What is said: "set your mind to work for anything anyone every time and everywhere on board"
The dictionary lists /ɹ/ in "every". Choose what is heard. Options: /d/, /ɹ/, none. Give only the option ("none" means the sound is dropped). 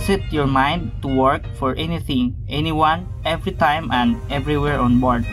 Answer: /ɹ/